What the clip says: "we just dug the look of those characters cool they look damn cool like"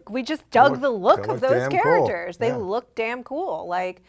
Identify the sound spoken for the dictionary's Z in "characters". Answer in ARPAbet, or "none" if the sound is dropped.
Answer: Z